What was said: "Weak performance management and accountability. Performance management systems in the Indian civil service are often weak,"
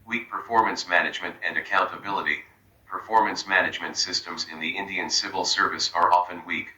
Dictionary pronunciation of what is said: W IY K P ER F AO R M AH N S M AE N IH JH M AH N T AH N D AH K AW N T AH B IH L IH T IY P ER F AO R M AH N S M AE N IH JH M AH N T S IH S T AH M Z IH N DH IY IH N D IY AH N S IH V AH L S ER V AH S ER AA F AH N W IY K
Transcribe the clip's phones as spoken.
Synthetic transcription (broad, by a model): W IY K P ER F AO R M AH N S M AE N IH JH M AH N T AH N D AH K AW N T AH B IH L IH T IY P ER F AO R M AH N S M AE N IH JH M AH N T S IH S T AH M Z IH N DH IY IH N D IY AH N S IH V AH L S ER V AH S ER AA F AH N W IY K